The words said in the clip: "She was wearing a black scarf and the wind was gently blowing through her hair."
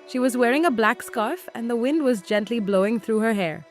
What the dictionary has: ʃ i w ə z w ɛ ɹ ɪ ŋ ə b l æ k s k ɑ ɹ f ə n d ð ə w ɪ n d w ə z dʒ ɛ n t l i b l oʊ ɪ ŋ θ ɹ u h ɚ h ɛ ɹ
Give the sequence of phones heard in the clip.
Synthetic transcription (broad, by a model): ʃ i w ə z w ɛ ɹ ɪ ŋ ə b l æ k s k ɑ ɹ f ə n ð ə w ɪ n d w ə z dʒ ɛ n t l i b l oʊ ɪ ŋ θ ɹ u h ɚ h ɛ ɹ